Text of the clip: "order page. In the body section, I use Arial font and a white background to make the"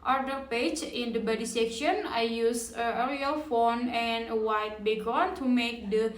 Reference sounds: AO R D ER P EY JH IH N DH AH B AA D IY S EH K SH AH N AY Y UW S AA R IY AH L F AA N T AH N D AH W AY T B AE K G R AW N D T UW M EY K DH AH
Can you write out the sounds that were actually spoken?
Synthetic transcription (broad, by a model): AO R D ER P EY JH IH N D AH B AA D IY S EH K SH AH N AY Y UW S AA R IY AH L F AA N AH N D AH W AY T B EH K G AO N T UW M EY K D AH